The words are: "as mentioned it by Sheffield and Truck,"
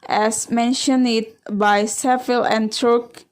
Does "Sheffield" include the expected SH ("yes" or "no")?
no